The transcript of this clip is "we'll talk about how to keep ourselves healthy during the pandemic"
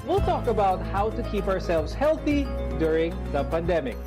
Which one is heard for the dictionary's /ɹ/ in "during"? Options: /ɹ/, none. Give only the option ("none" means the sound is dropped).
/ɹ/